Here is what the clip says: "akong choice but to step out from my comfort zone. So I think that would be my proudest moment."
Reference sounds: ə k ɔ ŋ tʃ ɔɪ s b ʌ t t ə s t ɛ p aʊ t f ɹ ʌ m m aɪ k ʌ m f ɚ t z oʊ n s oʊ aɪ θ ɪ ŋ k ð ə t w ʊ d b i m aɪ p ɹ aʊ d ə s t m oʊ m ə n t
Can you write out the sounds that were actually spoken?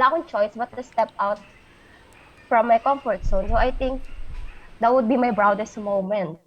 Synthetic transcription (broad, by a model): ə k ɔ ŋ tʃ ɔɪ s b ʌ t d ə s t ɛ p aʊ t f ɹ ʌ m m aɪ k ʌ m f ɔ t s oʊ n s oʊ aɪ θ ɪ ŋ k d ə t w ʊ d b i m aɪ b ɹ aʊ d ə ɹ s m oʊ m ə n t